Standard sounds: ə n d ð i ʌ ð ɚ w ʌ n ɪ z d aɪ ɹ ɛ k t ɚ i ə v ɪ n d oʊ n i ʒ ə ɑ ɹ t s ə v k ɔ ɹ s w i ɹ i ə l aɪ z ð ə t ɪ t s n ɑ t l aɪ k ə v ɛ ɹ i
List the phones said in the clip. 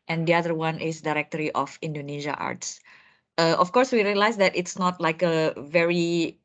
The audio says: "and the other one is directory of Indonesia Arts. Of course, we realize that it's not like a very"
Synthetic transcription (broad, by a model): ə n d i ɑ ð ɚ w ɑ n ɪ s d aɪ ɹ ɛ k t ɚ i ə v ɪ n d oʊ n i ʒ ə ɑ ɹ t s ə f k ɔ ɹ s w i ɹ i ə l aɪ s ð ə t ɪ t s n ɑ t l aɪ k ə v ɛ ɹ i